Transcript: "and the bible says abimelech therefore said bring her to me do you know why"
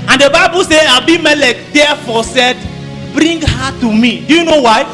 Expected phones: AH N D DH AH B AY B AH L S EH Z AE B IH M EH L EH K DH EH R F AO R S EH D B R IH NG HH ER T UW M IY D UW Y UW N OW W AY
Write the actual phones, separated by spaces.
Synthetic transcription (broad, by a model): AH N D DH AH B AY B AH L S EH AE B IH M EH L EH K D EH F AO S EH D B R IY NG HH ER T UW M IY D UW Y UW N OW W AY